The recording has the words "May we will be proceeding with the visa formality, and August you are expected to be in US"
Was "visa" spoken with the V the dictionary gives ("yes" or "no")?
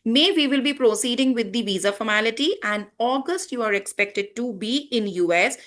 yes